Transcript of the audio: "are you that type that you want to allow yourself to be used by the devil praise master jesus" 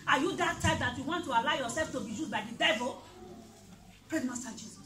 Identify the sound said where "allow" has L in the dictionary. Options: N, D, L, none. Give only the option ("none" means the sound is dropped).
L